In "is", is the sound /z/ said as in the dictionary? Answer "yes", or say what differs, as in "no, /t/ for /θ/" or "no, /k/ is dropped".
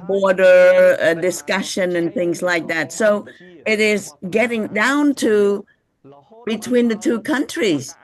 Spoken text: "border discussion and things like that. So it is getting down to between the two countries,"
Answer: yes